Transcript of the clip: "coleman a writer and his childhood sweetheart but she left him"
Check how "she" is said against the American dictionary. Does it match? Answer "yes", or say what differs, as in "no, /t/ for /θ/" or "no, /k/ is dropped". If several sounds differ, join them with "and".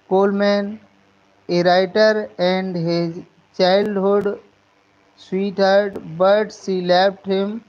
no, /s/ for /ʃ/